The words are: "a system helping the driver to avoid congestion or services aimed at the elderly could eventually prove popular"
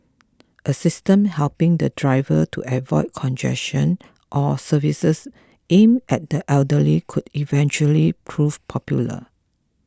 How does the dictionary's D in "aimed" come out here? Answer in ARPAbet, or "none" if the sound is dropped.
none